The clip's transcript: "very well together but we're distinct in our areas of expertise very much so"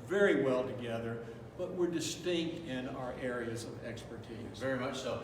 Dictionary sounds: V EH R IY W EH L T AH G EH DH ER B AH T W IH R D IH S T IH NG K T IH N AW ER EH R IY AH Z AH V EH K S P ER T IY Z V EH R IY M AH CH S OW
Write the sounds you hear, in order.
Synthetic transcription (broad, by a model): V EH R IY W EH L T AH G EH DH ER B AH T W IH R D IH S T IH NG K T IH N AW ER EH R IY AH Z AH V EH K S P ER T IY Z V EH R IY M AH CH S OW